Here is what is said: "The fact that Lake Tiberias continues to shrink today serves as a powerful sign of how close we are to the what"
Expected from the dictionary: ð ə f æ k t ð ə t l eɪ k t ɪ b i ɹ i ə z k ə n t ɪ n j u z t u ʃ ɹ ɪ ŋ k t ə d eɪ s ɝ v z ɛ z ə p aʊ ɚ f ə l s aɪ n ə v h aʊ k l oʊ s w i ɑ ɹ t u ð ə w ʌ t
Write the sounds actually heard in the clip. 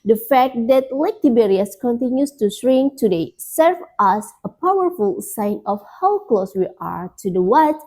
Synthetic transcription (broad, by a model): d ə f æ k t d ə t l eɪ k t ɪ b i ɹ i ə s k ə n t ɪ n j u s t u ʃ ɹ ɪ ŋ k t ə d eɪ s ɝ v ɑ s ə p aʊ ɚ f ə l s aɪ n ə f h aʊ k l oʊ s w i ɑ ɹ t u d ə w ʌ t